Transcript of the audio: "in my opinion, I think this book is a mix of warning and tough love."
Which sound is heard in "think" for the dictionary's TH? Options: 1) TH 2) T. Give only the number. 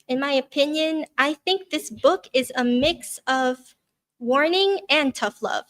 1